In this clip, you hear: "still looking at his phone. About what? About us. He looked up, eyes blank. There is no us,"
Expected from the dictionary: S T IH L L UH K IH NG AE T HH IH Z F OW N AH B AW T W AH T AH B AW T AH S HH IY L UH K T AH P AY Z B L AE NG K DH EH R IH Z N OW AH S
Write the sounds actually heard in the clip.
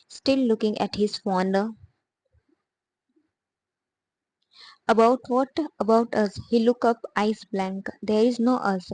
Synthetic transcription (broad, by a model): S T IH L L UH K IH NG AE T HH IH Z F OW N AH B AW T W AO T AH B AW T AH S HH IY L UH K AH P AY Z B L AE NG K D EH R IH Z N OW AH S